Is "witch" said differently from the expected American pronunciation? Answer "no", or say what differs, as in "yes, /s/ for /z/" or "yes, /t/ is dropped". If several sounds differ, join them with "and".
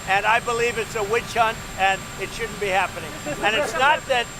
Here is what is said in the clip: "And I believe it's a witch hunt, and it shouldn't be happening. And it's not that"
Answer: no